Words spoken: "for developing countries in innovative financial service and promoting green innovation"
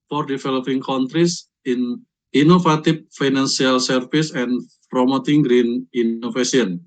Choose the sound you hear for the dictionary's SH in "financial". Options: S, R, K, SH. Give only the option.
S